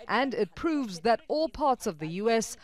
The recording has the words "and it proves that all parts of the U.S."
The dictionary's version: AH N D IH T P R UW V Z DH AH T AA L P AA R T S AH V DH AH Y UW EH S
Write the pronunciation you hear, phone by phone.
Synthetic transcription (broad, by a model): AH N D IH T P R UW V Z DH AH T AA L P AA R T S AH V DH AH Y UW EH S